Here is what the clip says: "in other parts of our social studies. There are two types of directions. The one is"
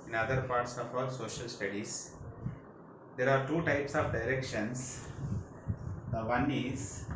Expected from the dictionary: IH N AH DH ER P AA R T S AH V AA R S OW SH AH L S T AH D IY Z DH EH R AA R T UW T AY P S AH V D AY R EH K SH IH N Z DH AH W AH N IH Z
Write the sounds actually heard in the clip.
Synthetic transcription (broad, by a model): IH N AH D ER P AA R T S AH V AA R S OW SH AH L S T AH D IY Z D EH R AA R T UW T AY P S AH V D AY R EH K SH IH N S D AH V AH N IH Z